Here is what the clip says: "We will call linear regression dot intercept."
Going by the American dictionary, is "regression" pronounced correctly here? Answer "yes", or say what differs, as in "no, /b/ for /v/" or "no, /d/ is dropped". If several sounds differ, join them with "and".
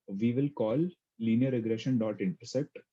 yes